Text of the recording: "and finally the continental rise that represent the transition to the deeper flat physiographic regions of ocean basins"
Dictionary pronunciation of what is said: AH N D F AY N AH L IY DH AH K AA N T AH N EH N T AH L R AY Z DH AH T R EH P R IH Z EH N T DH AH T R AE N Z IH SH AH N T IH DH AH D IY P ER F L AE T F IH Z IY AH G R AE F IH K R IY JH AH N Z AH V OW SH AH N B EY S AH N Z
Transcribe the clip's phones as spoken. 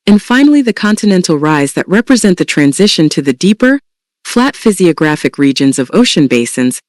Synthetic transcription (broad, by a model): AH N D F AY N L IY DH AH K AA N T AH N EH N T L R AY Z DH AH T R EH P R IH Z EH N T DH AH T R AE N Z IH SH AH N T IH DH AH D IY P ER F L AE T F IH Z IY AH G R AE F IH K R IY JH AH N Z AH V OW SH AH N B EY S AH N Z